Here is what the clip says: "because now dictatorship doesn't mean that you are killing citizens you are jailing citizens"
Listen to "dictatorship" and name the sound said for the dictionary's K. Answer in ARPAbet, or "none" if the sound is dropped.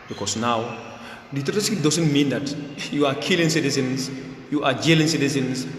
none